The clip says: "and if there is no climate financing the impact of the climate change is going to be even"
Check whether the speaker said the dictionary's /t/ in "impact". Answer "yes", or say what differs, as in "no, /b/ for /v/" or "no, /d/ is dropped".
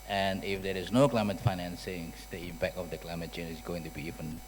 no, /t/ is dropped